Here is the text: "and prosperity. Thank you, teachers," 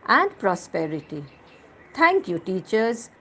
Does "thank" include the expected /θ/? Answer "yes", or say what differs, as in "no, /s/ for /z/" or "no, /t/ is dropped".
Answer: no, /t/ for /θ/